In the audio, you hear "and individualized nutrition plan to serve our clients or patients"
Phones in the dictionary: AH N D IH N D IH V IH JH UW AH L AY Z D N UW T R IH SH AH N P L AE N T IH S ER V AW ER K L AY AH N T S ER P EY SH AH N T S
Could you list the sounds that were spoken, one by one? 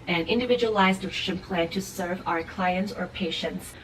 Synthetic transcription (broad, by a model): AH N IH N D IH V IH JH UW AH L AY Z D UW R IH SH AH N P L AE N T IH S ER V AW ER K L AY AH N T S ER P EY SH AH N T S